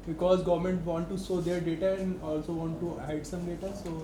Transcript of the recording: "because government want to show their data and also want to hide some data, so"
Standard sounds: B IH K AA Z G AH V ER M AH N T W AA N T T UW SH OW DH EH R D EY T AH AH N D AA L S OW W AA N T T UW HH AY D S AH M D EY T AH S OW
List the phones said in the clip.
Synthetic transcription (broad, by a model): B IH K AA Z G AH V ER M AH N T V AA N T T UW S OW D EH R D EY T AH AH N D AA L S OW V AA N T T UW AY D S AH M D EY T AH S OW